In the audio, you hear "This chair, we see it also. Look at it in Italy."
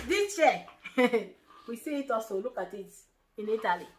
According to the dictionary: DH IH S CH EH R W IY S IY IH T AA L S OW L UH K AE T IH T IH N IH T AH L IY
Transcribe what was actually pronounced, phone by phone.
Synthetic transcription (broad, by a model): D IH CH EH W IY S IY IH T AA S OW L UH K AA T IH T IH N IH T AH L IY